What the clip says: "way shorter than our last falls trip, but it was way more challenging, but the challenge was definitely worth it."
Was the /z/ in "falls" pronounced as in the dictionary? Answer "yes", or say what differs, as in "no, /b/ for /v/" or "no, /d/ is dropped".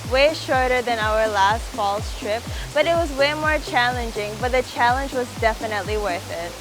no, /s/ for /z/